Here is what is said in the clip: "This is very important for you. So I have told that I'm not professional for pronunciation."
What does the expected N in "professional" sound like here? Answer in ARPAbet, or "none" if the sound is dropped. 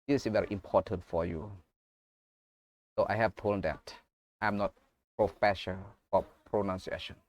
none